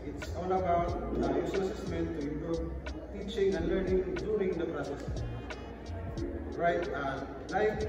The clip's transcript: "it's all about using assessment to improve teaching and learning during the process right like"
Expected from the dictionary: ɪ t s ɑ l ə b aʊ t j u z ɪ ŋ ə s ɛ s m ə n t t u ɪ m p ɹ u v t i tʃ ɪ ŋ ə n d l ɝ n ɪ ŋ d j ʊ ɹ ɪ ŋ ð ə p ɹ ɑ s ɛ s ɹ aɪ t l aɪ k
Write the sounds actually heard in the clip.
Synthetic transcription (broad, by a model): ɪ t s ɑ l ə b aʊ t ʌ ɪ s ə s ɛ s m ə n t t u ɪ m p ɹ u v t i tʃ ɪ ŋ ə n l ɝ n ɪ ŋ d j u ɹ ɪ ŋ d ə p ɹ ɑ s ɛ s ɹ aɪ t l aɪ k